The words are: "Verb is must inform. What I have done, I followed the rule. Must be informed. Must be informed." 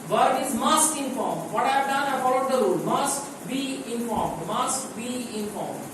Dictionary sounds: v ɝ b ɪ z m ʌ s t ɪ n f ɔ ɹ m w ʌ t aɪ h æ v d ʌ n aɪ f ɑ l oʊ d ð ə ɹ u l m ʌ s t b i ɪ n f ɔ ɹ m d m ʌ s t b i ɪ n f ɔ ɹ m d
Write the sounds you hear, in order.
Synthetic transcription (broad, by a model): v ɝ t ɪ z m ʌ s t ɪ n f ɔ ɹ m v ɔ t aɪ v d ʌ n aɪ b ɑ ʊ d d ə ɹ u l m ʌ s t b i ɪ n f ɔ ɹ m d m ʌ s t b i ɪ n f ɔ ɹ m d